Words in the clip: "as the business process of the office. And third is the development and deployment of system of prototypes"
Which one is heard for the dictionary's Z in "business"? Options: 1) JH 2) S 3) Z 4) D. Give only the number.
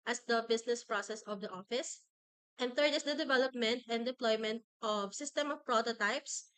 2